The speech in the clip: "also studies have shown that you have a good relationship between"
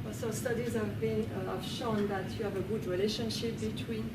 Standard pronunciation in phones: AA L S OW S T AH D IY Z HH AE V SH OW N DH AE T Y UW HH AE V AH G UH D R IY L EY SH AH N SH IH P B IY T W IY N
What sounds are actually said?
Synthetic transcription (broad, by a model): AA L S OW S T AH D IY Z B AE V SH OW N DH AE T Y UW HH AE V AH G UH D R IY L EY SH AH N SH IH P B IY T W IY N